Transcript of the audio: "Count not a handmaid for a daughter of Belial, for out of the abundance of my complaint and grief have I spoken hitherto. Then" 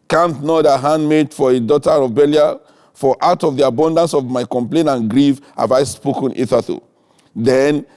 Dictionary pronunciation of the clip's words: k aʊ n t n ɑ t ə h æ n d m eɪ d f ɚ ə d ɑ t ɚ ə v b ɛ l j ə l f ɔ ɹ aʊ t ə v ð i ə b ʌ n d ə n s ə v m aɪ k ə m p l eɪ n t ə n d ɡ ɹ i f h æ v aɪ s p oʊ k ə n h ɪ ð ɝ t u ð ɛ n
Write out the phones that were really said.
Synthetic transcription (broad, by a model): k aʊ n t n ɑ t ə h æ n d m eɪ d f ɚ ə d ɑ t ɚ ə b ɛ l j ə f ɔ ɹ aʊ t ə v ð i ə b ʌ n d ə n s ə v m aɪ k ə m p l eɪ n ə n ɡ ɹ i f h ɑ v aɪ s p oʊ k ə n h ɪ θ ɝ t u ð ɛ n